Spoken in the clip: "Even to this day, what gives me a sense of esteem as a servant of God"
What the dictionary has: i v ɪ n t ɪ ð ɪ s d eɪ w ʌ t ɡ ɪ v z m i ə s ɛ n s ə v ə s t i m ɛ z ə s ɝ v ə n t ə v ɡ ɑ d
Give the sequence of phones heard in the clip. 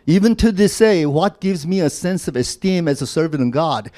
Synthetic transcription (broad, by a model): i v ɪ n t ɪ ð ɪ s eɪ w ʌ t ɡ ɪ v z m i ə s ɛ n s ə v ə s t i m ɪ z ə s ɝ v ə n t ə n ɡ ɑ d